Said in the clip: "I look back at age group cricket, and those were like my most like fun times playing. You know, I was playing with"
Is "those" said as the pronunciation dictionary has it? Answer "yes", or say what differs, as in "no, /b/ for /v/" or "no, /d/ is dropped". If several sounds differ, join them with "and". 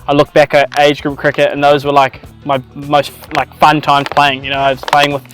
yes